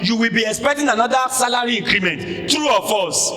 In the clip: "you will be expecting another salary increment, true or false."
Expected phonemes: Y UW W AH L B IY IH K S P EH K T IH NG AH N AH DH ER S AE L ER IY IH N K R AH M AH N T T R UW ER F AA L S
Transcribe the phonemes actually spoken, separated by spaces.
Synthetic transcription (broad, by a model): Y UW W AH L B IY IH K S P EH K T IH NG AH N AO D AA S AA L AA IY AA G R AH M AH N T T R UW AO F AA S